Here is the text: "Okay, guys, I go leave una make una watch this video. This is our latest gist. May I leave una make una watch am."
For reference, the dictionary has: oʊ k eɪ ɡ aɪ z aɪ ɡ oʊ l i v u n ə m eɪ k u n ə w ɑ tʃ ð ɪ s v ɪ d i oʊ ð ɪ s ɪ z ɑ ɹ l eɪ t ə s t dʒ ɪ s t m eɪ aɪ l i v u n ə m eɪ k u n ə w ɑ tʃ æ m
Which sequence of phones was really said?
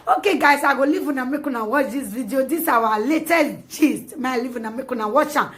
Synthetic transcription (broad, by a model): oʊ k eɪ ɡ aɪ s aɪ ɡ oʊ l i v u n ə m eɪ k u n ə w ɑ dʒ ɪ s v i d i oʊ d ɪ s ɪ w ɑ l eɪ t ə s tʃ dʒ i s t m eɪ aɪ l i v u n ə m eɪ k u n ə w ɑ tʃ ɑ